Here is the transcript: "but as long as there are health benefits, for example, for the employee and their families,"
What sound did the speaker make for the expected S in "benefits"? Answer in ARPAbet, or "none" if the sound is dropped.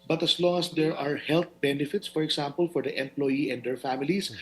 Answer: S